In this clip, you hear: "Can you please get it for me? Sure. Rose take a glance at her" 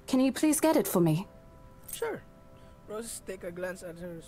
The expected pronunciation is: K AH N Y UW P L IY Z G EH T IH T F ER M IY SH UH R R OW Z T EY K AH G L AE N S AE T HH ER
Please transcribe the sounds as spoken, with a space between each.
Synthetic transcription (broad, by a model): K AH N Y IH P L IY Z G EH T IH T F ER M IY SH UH R R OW S T EY K AH G L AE N S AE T HH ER